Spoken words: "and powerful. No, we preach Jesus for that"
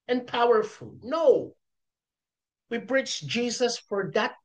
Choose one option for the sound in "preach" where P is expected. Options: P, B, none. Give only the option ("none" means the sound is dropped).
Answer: B